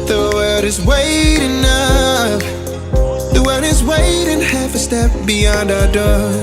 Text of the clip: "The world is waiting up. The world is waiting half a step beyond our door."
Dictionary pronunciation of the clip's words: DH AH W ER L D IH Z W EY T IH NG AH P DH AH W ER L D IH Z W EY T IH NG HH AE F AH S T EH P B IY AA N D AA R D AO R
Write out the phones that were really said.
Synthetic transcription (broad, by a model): DH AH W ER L D IH Z W EY T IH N AH F DH AH W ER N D IH Z W EY T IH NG HH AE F AH S T EH P B IY AA N D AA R D AO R